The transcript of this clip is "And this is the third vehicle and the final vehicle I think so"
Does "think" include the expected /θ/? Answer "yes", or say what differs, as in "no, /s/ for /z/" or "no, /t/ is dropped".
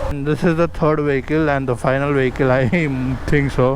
no, /t/ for /θ/